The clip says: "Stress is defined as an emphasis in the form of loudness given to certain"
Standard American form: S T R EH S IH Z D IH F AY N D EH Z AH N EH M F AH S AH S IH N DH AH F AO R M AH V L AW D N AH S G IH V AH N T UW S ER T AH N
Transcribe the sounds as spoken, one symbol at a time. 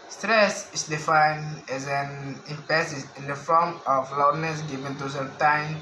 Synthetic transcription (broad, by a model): S T R EH S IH S D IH F AY N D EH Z AH N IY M P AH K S IH N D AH F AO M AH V L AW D N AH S G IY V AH N T UW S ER T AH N